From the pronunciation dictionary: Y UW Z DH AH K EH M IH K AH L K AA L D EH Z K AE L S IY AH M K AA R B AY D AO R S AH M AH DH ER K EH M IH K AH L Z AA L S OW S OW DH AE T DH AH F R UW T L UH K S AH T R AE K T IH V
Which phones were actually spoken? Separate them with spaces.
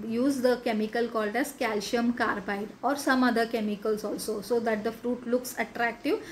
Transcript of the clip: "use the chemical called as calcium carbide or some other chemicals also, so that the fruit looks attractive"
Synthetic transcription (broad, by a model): Y UW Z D AH K EH M IH K AH L K AA L D EH Z K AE L SH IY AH M K AA R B AY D AO R S AH M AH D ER K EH M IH K AH L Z AA L S OW S OW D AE T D AH F R UW T L UH K S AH T R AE K T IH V